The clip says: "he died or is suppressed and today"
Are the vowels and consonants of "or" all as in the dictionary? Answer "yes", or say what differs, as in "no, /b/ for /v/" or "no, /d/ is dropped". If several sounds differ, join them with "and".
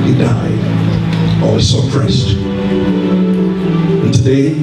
no, /l/ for /ɹ/